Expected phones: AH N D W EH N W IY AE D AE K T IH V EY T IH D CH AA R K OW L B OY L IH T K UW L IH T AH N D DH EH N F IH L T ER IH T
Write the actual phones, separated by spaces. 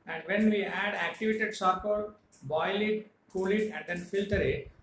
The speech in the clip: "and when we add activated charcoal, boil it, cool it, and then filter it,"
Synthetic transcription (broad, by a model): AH N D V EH N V IY AE D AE K T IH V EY T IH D S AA R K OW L B OY L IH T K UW L IH T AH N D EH N F IH L T ER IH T